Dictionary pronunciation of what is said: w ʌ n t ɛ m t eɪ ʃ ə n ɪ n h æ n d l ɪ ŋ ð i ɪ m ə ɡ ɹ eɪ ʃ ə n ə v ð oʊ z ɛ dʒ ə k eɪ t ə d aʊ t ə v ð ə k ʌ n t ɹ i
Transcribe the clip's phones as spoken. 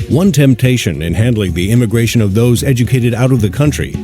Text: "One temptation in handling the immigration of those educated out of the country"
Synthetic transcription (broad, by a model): w ʌ n t ɛ m t eɪ ʃ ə n ɪ n h æ n d l ɪ ŋ ð i ɪ m ə ɡ ɹ eɪ ʃ ə n ə v ð oʊ z ɛ dʒ ə k eɪ t ə d aʊ t ə v ð ə k ʌ n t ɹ i